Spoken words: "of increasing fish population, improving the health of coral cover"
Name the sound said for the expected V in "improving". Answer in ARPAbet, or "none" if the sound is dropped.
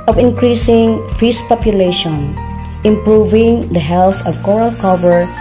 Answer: V